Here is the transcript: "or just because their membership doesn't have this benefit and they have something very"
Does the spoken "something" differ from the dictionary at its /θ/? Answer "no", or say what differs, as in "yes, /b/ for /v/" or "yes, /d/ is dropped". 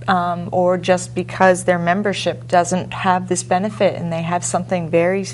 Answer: no